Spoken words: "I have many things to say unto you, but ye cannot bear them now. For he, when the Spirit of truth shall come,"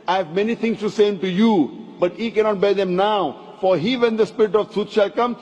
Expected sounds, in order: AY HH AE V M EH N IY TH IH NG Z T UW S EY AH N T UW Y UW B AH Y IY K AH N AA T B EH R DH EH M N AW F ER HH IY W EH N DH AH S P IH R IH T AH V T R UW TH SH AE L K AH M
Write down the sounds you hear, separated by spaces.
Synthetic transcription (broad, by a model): AY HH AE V M EH N IY T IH NG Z T UW S EY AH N T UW Y UW B AH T IY K AH N AA T B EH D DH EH M N AW F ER HH IY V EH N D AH S P IH R IH T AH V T UW T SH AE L K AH M